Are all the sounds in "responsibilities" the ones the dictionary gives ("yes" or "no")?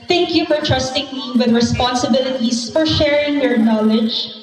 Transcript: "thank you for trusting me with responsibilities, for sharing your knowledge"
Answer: no